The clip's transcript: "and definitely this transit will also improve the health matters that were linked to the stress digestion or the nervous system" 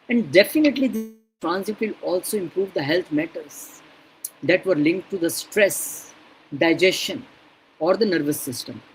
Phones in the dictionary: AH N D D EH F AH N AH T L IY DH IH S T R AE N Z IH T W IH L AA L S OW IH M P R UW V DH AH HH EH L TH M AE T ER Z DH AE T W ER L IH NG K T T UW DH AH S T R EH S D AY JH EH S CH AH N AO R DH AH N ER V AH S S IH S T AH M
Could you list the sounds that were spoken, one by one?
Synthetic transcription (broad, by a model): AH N D D EH F AH N AH T L IY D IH T R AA N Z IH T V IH L AA L S OW IH M P R UW V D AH HH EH L T M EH T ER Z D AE T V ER L IH NG K T T UW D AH S T R EH S D AY JH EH S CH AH N AO R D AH N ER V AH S S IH S T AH M